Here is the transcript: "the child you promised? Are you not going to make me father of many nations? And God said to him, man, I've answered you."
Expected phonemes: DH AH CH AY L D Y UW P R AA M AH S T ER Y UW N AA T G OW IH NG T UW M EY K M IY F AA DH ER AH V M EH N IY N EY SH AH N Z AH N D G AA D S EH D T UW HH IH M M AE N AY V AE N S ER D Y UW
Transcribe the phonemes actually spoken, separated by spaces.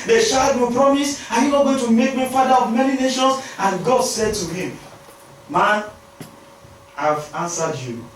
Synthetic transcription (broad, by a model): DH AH SH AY D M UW P R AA M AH S AA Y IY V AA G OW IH T UW M EY K M IY F AA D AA AH V M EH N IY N EY SH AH N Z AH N G AA D S EH D T UW HH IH M M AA N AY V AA N S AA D Y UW